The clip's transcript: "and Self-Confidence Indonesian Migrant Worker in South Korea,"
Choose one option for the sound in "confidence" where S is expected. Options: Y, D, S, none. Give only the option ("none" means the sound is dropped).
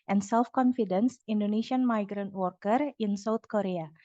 S